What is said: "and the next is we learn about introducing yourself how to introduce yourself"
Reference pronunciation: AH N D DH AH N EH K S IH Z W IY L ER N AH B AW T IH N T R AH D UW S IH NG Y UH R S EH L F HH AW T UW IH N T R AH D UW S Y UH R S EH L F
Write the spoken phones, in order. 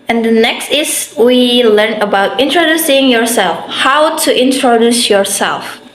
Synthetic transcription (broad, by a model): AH N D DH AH N EH K S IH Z W IY L ER N AH B AW T IH N T R AH D UW S IH NG Y UH R S EH L F HH AW T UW IH N T R AH D UW S Y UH R S EH L F